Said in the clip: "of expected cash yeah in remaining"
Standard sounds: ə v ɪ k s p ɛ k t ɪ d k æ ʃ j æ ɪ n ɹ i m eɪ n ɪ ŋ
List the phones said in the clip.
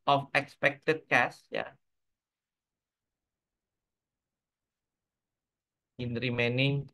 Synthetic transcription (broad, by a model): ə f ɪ k s p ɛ k t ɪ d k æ s j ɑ ɪ n ɹ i m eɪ n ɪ ŋ